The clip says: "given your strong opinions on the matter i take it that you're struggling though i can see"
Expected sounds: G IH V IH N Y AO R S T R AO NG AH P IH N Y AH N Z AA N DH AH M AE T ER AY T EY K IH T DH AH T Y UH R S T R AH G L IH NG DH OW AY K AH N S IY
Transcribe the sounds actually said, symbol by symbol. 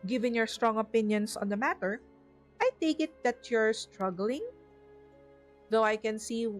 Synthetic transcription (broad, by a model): G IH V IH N Y AO R S T R AO NG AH P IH N Y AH N S AA N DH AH M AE T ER AY T EY K IH T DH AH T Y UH R S T R AH G L IH NG DH OW AY K AH N S IY